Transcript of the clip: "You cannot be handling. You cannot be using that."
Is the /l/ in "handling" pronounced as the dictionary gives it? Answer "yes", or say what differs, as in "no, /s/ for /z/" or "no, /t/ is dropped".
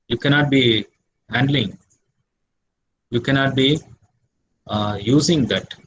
yes